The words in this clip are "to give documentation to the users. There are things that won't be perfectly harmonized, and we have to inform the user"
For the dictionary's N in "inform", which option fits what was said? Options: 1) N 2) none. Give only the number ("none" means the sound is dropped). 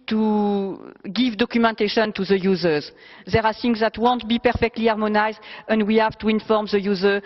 1